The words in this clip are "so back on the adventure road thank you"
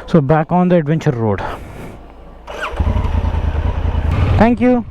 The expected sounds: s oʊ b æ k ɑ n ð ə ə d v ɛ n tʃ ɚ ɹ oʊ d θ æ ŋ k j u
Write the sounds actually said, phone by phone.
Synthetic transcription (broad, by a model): s oʊ b æ k ɑ n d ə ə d v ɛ n tʃ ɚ ɹ oʊ d t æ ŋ k j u